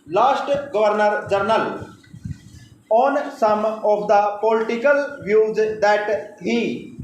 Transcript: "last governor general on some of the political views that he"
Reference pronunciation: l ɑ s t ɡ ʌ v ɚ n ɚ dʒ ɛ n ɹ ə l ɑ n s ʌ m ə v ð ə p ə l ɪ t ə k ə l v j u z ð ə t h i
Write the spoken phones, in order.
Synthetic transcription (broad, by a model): l ɑ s t ɡ ʌ v ɚ n ɚ dʒ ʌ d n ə l ɑ n s ʌ m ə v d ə p ə l ɪ t ə k ə l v j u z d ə t h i